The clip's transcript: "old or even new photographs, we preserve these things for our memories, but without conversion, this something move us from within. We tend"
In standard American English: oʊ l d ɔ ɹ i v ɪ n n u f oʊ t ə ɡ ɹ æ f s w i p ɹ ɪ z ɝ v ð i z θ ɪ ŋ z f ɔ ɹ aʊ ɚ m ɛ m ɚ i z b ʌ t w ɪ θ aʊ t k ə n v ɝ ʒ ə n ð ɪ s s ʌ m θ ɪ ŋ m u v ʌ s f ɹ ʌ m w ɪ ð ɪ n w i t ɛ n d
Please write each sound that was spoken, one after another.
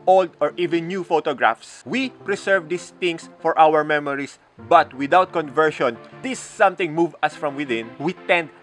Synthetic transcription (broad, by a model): oʊ l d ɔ ɹ i v ɪ n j u f oʊ t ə ɡ ɹ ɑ f s w i p ɹ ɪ s ɝ v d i s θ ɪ ŋ s f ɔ ɹ aʊ ɚ m ɛ m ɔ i s b ʌ t w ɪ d aʊ t k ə n v ɝ ʃ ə n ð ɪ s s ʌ m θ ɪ ŋ m u v ʌ s f ɹ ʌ m w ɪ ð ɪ n w i t ɛ n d